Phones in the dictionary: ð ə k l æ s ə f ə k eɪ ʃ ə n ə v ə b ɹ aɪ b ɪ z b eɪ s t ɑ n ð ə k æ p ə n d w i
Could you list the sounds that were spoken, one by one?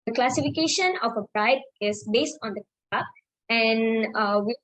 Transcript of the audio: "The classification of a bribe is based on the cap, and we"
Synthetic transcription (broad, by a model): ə k l æ s ə f ə k eɪ ʃ ə n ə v ə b ɹ aɪ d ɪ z b eɪ s t ɑ n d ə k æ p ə n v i